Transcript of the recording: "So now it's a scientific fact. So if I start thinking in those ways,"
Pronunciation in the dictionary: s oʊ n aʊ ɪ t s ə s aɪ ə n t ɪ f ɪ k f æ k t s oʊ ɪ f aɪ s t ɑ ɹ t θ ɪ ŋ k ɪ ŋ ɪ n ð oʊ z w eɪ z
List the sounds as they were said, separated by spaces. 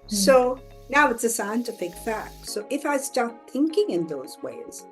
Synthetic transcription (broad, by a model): s oʊ n aʊ ɪ t s ə s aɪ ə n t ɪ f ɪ k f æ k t s oʊ ɪ f aɪ s t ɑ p θ ɪ ŋ k ɪ ŋ ɪ n ð oʊ z w eɪ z